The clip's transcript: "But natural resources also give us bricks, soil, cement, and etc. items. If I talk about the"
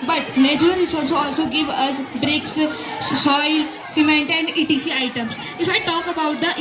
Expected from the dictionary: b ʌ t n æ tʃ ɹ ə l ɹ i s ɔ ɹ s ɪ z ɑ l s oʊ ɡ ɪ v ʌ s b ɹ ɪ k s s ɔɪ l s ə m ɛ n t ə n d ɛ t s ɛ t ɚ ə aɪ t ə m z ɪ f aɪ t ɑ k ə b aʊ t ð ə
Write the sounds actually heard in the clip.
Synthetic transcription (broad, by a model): b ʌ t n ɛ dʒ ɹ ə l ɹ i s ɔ l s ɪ ɑ l s oʊ ɡ ɪ v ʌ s b ɹ ɪ k s s ɔɪ l s ə m ɛ n t ə n d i t i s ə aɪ t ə m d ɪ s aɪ t ɑ k ə b aʊ t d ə